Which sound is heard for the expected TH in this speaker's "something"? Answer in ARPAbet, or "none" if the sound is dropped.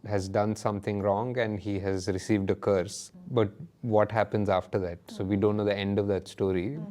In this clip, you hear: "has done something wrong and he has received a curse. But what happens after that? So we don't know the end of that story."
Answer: T